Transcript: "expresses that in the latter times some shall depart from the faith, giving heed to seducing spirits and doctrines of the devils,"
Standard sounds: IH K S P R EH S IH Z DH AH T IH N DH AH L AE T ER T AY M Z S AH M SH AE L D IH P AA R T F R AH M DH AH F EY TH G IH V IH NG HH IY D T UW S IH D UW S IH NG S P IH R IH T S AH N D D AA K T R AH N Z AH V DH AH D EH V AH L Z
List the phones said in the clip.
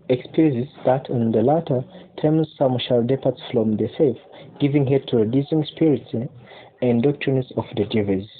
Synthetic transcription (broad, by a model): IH K S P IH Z DH AH T IH N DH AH L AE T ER T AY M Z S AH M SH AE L D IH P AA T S F R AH M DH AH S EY F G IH V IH NG HH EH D T UW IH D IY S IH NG S P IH R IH T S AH N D D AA K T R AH N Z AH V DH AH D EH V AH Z